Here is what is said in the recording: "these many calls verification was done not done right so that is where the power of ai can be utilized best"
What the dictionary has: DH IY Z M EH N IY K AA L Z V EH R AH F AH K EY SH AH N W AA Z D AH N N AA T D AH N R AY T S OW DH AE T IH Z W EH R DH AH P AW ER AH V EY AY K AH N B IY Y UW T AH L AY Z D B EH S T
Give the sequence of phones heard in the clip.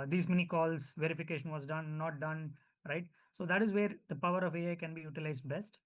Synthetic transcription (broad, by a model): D IY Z M EH N IY K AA L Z V EH R AH F AH K EY SH AH N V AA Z D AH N N AA T D AH N R AY T S OW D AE T IH Z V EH R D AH P AW ER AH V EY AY K AH N B IY Y UW T AH L AY Z D B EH S T